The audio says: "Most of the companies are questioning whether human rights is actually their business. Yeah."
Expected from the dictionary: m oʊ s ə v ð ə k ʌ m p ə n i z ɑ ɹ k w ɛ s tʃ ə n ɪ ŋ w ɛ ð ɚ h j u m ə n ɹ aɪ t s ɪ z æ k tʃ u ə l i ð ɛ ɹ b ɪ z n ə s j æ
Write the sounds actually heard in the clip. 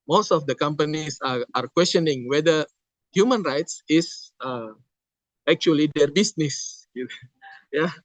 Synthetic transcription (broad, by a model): m oʊ s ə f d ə k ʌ m p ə n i s ɑ ɹ k w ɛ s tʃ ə n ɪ ŋ w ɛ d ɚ h j u m ə n ɹ aɪ t s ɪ s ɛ k tʃ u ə l i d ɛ ɹ b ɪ s n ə s j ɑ